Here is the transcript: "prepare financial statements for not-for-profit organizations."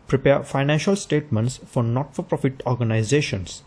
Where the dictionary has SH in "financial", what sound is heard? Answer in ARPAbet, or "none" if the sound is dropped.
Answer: SH